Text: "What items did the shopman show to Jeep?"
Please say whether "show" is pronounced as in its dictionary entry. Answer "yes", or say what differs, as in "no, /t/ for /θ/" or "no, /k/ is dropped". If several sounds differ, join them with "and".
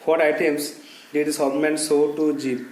no, /s/ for /ʃ/